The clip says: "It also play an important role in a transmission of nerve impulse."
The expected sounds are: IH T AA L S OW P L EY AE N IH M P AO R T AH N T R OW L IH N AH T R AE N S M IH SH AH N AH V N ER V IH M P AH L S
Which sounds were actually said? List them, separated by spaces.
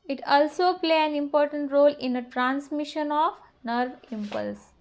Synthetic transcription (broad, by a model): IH T AA L S OW P L EY AE N IH M P AO R T AH N T R OW L IH N AH T R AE N S M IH SH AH N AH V N ER V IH M P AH L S